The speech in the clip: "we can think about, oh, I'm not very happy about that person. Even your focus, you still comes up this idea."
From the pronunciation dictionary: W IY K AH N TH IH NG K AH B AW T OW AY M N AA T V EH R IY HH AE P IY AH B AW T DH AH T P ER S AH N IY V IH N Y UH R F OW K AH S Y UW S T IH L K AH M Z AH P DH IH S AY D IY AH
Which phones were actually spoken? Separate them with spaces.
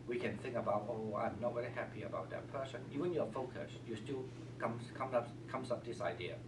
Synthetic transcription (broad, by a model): W IY K AH N TH IH NG K AH B AW T OW AY M N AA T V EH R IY HH AE P IY AH B AW T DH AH T P ER S AH N IY V IH N Y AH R F OW K AH S Y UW S T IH L K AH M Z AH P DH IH S AY D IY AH